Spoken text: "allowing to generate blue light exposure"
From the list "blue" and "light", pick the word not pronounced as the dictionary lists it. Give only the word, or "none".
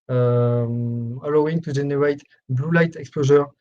none